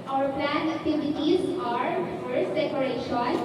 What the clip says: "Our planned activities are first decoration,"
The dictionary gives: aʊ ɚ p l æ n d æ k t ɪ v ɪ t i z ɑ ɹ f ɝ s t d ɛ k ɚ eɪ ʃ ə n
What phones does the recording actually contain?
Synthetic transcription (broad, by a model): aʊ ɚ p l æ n æ k t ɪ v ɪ t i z ɑ ɹ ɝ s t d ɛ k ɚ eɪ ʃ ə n